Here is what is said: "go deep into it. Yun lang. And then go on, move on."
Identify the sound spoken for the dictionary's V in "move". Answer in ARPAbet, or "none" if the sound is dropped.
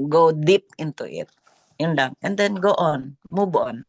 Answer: B